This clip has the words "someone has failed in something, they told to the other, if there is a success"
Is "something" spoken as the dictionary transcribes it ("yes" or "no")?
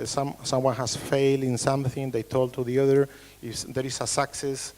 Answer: yes